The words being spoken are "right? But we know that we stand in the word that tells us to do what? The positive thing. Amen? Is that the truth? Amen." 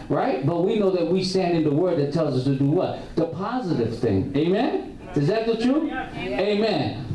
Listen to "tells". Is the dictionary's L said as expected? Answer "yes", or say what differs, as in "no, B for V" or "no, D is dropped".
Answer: yes